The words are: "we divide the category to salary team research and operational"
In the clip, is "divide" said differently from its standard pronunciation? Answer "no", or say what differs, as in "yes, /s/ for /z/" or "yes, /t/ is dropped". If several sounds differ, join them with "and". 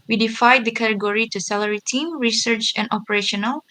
yes, /f/ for /v/